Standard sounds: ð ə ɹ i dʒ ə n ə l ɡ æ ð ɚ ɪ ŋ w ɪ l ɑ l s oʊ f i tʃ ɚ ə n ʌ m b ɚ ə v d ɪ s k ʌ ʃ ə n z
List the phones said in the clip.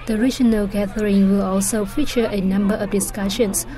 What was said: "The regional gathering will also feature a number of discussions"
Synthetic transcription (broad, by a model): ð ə ɹ i dʒ ə n ə l ɡ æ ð ɚ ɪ ŋ w ɪ l ɑ l s oʊ f i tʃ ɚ ə n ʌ m b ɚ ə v d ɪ s k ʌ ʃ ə n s